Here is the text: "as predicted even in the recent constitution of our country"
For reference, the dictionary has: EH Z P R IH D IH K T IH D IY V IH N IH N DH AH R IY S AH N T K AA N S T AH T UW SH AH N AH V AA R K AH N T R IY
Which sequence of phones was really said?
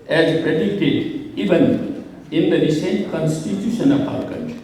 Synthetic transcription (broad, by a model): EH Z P R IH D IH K T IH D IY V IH N IH N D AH R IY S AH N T K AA N S T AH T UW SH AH N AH P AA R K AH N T